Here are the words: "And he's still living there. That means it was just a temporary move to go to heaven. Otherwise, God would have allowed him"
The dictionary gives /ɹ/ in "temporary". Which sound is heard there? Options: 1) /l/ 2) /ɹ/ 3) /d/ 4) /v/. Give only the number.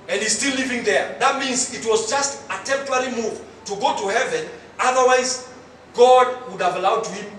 1